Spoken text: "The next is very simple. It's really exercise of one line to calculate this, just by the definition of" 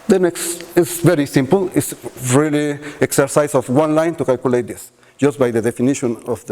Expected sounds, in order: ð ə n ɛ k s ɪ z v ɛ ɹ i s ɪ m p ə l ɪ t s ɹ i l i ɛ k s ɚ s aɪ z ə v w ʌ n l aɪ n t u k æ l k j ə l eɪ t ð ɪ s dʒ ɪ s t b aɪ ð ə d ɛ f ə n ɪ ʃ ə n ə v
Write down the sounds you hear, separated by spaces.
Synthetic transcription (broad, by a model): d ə n ɛ k s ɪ s v ɛ ɹ i s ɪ m p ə l ɪ t s ɹ i l i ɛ k s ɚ s aɪ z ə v w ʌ n l aɪ n t u k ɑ l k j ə l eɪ t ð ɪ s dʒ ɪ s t b aɪ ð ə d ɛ f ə n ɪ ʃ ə n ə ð